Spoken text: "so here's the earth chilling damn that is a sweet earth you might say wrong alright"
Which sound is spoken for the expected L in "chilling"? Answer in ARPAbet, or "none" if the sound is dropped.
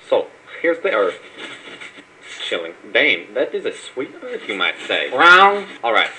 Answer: L